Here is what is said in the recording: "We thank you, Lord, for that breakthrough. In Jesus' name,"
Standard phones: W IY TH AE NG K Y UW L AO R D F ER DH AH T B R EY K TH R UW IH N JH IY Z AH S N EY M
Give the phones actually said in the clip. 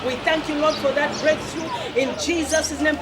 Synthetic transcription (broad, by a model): W IY TH AE NG K Y UW L AO R D F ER DH AH T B R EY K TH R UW IH N JH IY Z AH S N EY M